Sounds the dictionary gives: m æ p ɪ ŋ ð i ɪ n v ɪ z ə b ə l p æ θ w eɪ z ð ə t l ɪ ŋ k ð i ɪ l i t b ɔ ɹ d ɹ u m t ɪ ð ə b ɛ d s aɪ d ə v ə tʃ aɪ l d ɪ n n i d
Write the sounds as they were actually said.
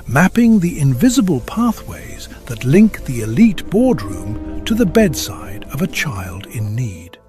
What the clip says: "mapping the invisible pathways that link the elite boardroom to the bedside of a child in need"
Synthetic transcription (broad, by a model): m æ p ɪ ŋ ð i ɪ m v ɪ z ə b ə l p æ θ w eɪ z ð ə t l ɪ ŋ k ð i ɪ l i t b ɔ ɹ d ɹ u m t ɪ ð ə b ɛ d s aɪ d ə v ə tʃ aɪ l d ɪ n n i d